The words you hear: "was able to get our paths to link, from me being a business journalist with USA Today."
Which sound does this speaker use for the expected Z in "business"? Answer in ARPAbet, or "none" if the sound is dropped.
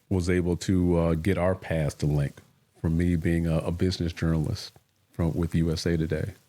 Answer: Z